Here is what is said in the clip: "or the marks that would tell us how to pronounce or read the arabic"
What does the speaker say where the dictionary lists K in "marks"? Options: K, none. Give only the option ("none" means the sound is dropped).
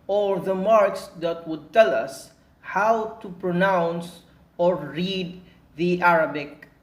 K